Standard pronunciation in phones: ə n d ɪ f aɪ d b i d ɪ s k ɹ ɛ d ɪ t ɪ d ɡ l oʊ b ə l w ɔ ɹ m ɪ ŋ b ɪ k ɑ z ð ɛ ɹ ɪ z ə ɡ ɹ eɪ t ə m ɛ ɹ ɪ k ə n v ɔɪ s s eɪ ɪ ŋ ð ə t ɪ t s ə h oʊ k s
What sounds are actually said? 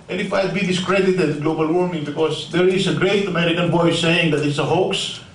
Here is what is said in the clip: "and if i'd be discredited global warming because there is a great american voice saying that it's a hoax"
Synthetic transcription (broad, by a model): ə n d ɪ f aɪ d b i d ɪ s k ɹ ɛ d ɪ t ɪ d ɡ l oʊ b ə l w ɔ ɹ m ɪ ŋ b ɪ k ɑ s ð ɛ ɹ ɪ s ə ɡ ɹ eɪ t ə m ɛ ɹ ɪ k ə n b ɔɪ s s eɪ ɪ ŋ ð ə t ɪ t s ə h oʊ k s